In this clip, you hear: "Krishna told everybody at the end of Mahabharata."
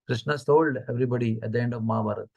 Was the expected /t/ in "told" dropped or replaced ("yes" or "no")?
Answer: yes